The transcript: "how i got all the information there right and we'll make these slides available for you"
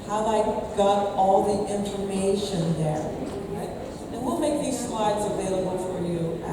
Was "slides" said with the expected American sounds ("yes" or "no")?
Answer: yes